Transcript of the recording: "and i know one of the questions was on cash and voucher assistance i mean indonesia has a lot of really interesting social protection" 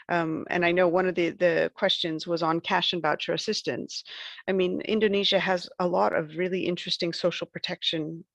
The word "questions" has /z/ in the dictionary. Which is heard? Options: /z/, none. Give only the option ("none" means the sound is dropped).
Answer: /z/